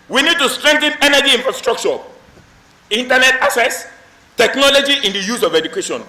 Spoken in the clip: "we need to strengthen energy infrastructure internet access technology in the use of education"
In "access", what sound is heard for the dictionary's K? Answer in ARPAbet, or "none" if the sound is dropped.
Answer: none